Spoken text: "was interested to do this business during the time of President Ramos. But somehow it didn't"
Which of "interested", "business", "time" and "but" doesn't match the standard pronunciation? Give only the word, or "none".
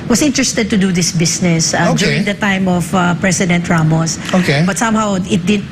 business